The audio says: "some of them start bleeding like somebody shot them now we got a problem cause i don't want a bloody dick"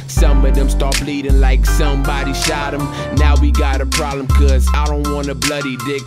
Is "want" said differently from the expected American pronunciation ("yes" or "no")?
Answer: yes